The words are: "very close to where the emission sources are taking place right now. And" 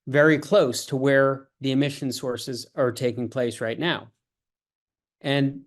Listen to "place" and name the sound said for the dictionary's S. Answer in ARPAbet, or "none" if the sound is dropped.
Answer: S